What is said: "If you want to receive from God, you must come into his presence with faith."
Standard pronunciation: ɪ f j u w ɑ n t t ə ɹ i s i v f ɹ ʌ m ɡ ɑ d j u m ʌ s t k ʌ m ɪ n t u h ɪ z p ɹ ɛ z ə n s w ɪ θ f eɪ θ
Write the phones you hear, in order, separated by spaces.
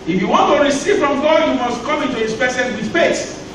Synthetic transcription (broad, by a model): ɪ f j u w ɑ n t t ə ɹ i s i v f ɹ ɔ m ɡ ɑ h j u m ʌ s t k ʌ m ɪ n t u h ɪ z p ɛ s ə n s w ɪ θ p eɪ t